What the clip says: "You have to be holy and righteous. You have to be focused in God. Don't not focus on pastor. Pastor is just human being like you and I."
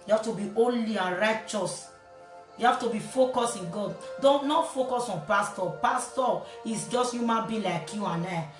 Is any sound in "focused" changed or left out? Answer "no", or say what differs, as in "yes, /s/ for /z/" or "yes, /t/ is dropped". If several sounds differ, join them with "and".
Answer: yes, /t/ is dropped